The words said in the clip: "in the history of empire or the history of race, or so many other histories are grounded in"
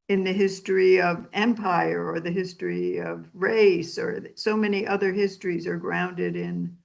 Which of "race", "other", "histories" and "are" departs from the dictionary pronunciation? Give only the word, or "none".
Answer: none